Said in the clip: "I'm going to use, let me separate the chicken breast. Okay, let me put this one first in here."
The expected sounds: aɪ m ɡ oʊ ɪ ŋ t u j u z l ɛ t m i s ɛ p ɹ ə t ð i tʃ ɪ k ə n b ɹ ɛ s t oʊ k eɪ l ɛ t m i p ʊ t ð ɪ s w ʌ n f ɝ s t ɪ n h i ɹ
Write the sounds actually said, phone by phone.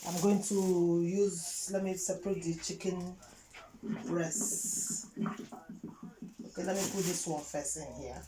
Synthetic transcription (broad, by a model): aɪ m ɡ oʊ ɪ ŋ t u j u z l ɛ t m i s ɛ p ɹ ə t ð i tʃ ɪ k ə n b ɹ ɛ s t oʊ k eɪ l ɛ t m i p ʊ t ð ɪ s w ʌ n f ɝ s ɪ n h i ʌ